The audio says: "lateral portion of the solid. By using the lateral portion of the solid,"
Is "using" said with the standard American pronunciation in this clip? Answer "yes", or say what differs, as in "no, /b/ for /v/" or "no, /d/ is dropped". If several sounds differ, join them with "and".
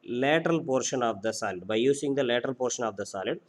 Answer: no, /s/ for /z/